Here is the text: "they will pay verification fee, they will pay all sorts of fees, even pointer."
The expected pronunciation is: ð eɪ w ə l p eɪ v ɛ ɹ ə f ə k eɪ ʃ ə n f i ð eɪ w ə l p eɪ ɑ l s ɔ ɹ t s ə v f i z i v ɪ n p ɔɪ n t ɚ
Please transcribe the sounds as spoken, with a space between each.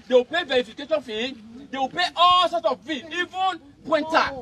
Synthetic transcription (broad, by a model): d eɪ w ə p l eɪ v ɛ ɹ ə f ə k eɪ ʃ ə n f i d eɪ w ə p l eɪ ɑ l s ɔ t ə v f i i v ɪ n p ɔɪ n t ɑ